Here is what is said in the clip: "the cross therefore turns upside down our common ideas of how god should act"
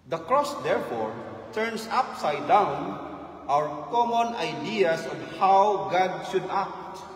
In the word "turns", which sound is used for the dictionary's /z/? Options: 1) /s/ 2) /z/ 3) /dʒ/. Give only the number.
1